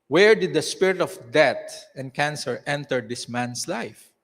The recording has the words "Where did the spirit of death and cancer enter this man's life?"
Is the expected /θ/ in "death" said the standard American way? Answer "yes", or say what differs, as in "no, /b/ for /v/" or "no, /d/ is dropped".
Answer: no, /t/ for /θ/